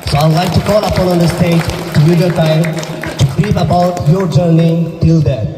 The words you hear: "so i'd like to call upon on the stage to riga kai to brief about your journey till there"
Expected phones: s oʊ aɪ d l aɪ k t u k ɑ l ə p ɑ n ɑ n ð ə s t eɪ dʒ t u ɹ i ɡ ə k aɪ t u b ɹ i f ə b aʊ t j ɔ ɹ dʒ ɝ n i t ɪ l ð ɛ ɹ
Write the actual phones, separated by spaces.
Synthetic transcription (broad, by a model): s oʊ aɪ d l aɪ k t u k ɑ l ə p ɑ n ɑ n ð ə s t eɪ dʒ t u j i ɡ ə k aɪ t u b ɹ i p ə b aʊ t j ɔ ɹ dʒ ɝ n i t ɪ l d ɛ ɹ